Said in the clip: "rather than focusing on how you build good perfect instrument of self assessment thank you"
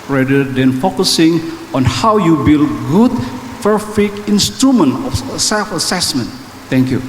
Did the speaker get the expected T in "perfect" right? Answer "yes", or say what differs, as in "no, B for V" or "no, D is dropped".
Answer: no, T is dropped